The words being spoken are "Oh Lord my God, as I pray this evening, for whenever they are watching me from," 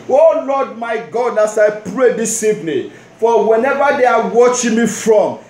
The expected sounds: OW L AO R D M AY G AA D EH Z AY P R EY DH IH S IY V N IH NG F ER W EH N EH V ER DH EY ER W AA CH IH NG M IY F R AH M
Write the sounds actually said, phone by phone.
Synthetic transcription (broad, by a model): OW L AO D M AY G AA D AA S AY P R EY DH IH S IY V N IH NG F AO W EH N EH V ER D EY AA W AA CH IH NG M IY F R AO M